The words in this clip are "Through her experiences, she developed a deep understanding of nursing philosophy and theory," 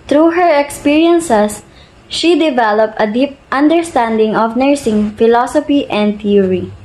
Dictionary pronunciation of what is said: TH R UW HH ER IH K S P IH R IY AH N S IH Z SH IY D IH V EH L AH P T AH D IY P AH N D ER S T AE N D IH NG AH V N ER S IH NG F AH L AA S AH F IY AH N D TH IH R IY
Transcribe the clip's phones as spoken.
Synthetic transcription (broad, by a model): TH R UW HH ER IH K S P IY R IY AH N S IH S SH IY D IH V EH L AH P T AH D IY P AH N D ER S T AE N D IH NG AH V N ER S IH NG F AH L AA S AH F IY AH N D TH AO R IY